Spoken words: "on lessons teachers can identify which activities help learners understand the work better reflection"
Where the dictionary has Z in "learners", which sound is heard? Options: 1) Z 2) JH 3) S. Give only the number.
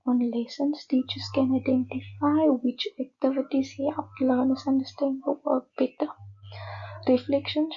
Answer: 3